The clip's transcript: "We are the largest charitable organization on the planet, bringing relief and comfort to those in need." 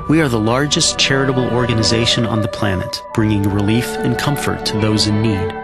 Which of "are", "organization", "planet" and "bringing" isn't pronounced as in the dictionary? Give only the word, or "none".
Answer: none